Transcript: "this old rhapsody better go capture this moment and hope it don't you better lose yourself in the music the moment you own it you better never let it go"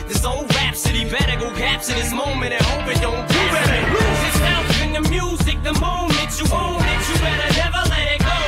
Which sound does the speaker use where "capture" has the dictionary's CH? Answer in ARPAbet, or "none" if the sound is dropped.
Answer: S